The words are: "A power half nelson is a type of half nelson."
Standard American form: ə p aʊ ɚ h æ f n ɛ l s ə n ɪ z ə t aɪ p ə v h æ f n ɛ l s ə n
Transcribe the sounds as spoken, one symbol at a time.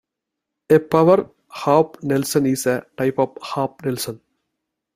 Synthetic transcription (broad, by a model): ə p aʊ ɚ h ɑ p n ɛ l s ə n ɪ s ə t aɪ p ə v h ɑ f n ɛ l s ə n